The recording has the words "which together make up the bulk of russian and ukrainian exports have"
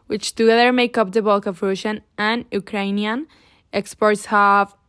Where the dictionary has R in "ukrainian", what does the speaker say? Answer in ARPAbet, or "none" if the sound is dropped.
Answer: R